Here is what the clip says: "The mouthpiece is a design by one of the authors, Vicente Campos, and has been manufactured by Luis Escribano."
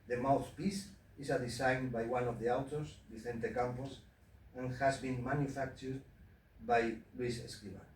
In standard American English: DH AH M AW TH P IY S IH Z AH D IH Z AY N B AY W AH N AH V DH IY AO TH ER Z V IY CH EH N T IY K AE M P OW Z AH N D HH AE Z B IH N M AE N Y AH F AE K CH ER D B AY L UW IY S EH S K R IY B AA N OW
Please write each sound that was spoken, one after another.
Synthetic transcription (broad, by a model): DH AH M AW TH P IY S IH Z AH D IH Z AY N B AY W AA N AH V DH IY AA T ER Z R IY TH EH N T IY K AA M P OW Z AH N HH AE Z B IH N M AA N Y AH F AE K CH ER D B AY L UW IY S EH S K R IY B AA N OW